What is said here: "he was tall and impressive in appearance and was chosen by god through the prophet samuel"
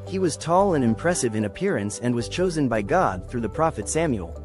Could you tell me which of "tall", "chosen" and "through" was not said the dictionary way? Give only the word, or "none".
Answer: none